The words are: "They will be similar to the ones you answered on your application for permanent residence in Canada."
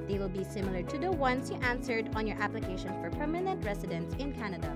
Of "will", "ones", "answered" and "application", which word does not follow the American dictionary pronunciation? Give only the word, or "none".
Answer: ones